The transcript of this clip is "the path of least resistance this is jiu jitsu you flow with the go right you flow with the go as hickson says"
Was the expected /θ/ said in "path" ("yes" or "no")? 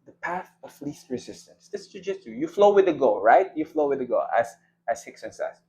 yes